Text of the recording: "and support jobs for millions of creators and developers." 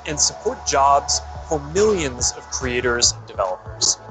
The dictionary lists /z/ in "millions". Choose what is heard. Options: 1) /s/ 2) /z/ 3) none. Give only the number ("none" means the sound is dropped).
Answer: 2